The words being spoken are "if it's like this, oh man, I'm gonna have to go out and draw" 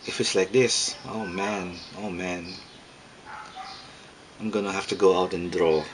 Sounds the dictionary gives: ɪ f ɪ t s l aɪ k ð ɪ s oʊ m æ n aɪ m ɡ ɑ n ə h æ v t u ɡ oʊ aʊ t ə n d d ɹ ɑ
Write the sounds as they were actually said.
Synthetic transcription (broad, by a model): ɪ f ɪ t s l aɪ k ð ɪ s oʊ m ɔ n aɪ m ɡ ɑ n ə h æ f t u ɡ oʊ aʊ t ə n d d ɹ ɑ